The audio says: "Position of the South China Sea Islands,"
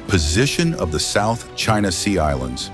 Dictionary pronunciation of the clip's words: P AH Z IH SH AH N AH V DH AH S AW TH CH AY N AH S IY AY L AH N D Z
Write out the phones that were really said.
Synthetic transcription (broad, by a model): P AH Z IH SH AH N AH V DH AH S AW TH CH AY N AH S IY AY L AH N D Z